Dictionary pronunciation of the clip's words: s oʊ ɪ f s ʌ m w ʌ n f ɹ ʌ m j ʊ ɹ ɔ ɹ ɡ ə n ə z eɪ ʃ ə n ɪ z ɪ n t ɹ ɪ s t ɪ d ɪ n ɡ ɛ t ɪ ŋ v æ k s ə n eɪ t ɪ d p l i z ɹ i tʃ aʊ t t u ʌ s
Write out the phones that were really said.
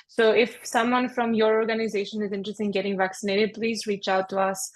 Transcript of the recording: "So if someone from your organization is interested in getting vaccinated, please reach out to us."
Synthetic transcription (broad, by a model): s oʊ ɪ f s ʌ m w ʌ n f ɹ ʌ m j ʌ ɹ ɔ ɹ ɡ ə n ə z eɪ ʃ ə n ɪ z ɪ n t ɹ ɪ s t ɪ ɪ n ɡ ɛ t ɪ ŋ v æ k s ə n eɪ t ɪ d p l i z ɹ i tʃ aʊ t t u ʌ s